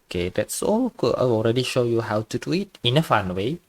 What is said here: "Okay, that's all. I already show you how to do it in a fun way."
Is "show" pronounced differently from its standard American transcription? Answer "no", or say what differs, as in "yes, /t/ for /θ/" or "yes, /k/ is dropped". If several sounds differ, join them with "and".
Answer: no